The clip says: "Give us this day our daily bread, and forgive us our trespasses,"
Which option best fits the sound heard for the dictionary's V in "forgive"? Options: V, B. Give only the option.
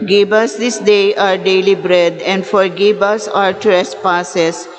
B